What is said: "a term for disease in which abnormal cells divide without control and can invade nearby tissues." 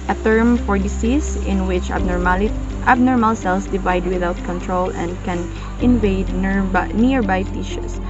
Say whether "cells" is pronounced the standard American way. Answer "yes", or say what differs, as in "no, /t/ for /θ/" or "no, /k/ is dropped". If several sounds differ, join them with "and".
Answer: no, /s/ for /z/